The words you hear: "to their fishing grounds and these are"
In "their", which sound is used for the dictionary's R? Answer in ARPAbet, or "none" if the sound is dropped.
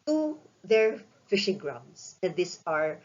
R